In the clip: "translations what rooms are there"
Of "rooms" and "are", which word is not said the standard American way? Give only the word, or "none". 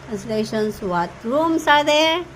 rooms